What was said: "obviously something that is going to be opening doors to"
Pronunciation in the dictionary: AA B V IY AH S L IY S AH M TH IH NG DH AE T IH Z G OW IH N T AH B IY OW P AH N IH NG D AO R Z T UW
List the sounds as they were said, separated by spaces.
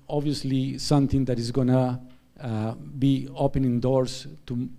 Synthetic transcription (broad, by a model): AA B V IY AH S L IY S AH M T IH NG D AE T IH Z G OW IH N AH B IY OW P AH N IH NG D AO R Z T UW